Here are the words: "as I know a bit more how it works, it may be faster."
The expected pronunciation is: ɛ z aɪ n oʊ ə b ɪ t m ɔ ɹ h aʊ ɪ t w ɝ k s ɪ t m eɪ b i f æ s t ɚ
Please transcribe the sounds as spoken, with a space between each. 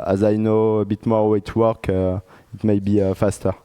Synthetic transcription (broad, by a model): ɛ z aɪ n oʊ ə b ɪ t m ɔ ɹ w ɪ t w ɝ k ɪ t m eɪ b i f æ s t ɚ